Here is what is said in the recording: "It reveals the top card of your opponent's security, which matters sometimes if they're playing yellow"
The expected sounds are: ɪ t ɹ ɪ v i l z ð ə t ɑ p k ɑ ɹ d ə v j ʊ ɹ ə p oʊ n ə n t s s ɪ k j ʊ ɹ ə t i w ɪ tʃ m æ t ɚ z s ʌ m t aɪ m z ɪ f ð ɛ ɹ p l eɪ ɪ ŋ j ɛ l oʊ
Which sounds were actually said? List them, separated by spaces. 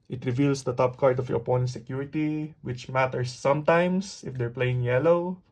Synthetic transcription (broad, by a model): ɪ t ɹ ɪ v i l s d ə t ɑ p k ɑ ɹ d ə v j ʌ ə p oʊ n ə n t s s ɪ k j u ɹ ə t i w ɪ tʃ m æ t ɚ s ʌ m t aɪ m s ɪ f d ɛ ɹ p l eɪ ɪ ŋ j ɛ l oʊ